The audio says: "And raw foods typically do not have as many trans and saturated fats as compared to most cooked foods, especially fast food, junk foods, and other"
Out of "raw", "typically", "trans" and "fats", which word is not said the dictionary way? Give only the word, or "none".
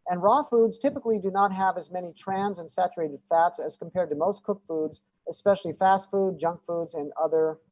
none